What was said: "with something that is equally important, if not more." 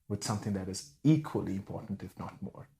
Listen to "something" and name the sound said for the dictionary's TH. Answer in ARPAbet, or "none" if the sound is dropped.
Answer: TH